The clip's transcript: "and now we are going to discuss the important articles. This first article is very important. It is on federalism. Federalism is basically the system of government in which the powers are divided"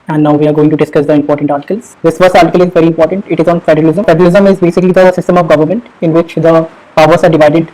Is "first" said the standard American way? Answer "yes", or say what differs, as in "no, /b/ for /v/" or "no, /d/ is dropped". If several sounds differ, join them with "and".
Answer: no, /t/ is dropped